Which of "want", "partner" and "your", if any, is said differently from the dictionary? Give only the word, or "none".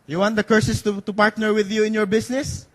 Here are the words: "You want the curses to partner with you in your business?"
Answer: none